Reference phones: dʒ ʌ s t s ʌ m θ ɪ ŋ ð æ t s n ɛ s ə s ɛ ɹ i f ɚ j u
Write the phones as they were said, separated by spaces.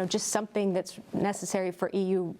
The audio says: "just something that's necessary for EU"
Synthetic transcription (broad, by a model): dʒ ʌ s t s ʌ m θ ɪ ŋ ð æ t s n ɛ s ə s ɛ ɹ i f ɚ j u